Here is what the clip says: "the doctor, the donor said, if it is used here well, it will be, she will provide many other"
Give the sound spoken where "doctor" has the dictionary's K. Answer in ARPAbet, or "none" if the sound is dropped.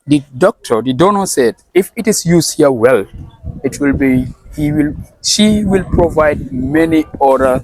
K